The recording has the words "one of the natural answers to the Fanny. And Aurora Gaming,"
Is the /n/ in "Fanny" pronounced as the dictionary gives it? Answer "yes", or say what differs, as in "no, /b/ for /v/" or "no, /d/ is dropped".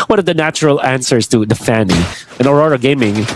yes